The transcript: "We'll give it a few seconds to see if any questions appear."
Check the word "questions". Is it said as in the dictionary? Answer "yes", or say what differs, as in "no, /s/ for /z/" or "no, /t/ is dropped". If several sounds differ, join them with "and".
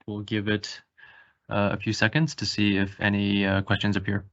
yes